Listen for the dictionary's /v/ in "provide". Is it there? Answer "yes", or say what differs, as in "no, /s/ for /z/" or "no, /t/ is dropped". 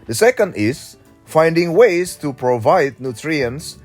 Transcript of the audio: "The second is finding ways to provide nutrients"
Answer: yes